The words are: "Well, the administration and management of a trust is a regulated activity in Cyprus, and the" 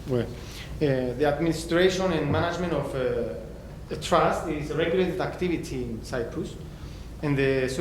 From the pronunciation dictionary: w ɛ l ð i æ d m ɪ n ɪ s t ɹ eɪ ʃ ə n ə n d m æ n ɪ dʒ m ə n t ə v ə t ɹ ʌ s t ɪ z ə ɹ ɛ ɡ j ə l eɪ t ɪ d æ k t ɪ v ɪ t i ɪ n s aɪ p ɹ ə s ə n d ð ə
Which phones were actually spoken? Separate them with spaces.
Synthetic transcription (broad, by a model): w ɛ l ð i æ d m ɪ n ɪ s t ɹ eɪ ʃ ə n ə n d m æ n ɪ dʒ m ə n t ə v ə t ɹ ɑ s t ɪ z ə ɹ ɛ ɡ j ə l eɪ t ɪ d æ k t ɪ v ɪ t i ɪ n s aɪ p ɹ ə s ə n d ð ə